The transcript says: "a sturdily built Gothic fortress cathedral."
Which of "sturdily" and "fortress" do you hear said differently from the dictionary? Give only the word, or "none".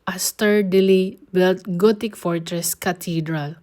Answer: none